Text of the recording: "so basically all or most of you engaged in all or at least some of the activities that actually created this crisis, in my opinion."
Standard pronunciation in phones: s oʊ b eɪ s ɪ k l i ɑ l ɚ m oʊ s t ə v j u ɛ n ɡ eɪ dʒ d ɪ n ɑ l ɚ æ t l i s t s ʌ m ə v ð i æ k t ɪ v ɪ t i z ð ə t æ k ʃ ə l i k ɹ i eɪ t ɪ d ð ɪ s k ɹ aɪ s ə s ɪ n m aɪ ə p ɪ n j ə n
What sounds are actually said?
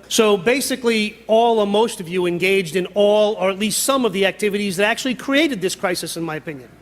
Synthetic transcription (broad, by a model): s oʊ b eɪ s ɪ k l i ɑ l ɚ m oʊ s t ə v j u ɛ n ɡ eɪ dʒ d ɪ n ɑ l ɚ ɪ t l i s t s ʌ m ə v ð i æ k t ɪ v ɪ t i z ð ə t æ k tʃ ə l i k ɹ i eɪ t ɪ d ð ɪ s k ɹ aɪ s ə s ɪ n m aɪ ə p ɪ n j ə n